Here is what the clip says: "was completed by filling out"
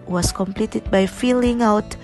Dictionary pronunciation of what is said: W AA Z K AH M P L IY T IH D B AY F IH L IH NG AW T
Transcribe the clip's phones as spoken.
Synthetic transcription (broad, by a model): W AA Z K AH M P L IY T IH D B AY F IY L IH NG AW T